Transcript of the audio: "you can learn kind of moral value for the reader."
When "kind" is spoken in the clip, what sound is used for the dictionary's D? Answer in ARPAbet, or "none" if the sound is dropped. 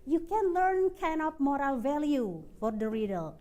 none